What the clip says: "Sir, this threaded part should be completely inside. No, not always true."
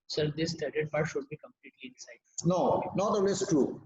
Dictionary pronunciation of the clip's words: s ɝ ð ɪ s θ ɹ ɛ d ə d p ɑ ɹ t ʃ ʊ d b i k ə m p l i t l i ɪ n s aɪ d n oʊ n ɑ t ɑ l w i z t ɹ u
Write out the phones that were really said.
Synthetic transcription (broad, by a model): s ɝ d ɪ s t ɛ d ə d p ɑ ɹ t ʃ ʊ d b i k ə m p l i t l i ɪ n s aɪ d n oʊ n ɑ t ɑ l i s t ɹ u